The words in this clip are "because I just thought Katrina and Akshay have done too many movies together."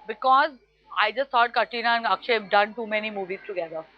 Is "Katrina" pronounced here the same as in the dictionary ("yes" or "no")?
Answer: no